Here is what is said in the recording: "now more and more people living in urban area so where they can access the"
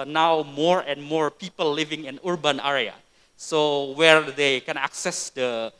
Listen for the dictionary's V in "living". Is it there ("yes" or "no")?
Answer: yes